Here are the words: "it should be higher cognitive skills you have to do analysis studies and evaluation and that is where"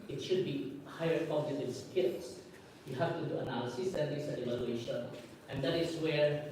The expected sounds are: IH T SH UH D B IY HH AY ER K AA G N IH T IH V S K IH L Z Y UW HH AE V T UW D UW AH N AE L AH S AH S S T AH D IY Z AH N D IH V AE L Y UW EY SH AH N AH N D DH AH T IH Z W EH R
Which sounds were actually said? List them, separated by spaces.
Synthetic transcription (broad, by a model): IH T SH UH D B IY HH AY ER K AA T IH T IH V S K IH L S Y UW HH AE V T UW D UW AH N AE L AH S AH S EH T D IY S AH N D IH V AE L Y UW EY SH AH N AH N D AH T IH S W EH R